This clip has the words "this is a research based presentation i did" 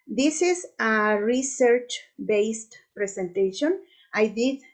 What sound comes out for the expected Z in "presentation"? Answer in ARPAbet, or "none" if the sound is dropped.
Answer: S